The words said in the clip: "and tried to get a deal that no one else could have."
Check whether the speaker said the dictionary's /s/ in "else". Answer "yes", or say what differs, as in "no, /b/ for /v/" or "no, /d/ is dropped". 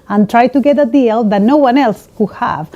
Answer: yes